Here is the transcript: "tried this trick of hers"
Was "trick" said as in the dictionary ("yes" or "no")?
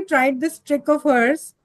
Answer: yes